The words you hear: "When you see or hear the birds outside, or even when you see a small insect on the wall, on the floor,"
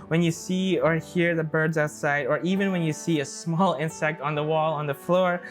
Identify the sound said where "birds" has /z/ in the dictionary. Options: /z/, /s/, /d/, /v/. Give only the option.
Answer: /z/